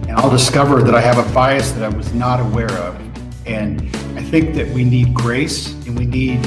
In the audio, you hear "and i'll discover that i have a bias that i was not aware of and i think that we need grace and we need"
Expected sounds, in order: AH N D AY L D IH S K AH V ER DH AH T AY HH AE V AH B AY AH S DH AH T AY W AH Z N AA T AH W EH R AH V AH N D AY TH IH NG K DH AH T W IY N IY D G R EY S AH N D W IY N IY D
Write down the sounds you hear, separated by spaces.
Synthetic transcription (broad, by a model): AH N AY L D IH S K AH V ER DH AH T AY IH V AH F AY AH S DH AH T AY W AH Z N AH T AH W EH R AH V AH N AY TH IH NG K DH AH T W IY N IY D G R EY S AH N W IY N IY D